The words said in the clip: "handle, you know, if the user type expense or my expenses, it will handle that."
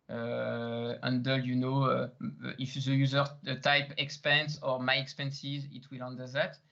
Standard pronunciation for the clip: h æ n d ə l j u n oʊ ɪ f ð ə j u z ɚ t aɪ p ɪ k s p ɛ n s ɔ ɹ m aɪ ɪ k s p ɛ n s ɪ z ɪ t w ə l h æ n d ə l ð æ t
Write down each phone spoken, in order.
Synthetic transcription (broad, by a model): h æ n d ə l j u n oʊ ɪ f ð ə j u z ɚ t aɪ p ɪ k s p ɛ n s ɔ ɹ m aɪ ɪ k s p ɛ n s ɪ z ɪ t w ə l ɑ n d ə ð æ t